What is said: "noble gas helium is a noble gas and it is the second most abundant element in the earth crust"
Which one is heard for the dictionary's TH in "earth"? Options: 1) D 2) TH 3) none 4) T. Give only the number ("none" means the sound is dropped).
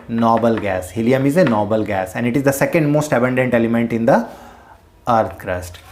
4